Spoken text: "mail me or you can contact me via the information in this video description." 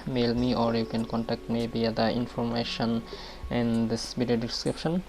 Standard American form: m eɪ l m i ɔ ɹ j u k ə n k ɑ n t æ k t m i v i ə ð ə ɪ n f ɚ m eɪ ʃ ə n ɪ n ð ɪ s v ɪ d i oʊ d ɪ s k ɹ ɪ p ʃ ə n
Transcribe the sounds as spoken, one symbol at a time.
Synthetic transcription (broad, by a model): m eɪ l m i ɔ ɹ j u k ə n k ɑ n t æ k t m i b i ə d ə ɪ n f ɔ m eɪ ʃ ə n ɪ n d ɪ s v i d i oʊ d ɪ s k ɹ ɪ p ʃ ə n